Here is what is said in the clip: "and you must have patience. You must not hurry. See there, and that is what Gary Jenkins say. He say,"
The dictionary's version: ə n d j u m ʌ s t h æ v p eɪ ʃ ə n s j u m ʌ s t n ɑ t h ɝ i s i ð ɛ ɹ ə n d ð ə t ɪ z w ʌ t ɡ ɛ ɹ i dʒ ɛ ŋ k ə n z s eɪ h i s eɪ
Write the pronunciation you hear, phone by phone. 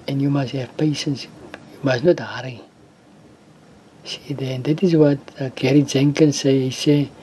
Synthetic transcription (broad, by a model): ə n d j u m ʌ s t h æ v p eɪ ʃ ə n s j u m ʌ s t n ɑ t h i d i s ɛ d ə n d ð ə t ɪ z w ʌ t ɡ ɛ ɹ i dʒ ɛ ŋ k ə n s eɪ h i s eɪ